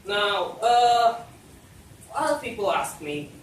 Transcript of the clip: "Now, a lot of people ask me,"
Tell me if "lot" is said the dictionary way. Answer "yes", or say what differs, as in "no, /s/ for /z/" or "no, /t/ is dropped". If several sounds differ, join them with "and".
no, /t/ is dropped